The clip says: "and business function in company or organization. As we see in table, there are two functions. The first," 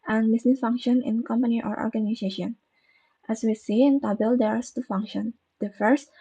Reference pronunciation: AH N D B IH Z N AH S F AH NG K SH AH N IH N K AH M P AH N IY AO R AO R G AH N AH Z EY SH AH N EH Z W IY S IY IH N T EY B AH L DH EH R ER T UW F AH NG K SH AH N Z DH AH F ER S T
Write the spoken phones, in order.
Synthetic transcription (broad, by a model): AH N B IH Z N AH S F AH NG K SH AH N IH N K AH M P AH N IY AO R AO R G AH N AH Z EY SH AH N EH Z W IY S IY IH N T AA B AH L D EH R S T UW F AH NG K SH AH N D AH F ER S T